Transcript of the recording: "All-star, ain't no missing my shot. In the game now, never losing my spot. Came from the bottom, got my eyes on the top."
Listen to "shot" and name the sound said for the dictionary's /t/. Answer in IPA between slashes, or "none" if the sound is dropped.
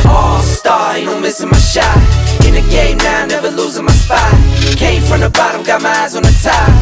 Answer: none